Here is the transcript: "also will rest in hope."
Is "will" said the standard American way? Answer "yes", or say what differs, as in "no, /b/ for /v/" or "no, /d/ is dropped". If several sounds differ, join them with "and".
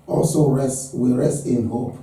no, /w/ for /l/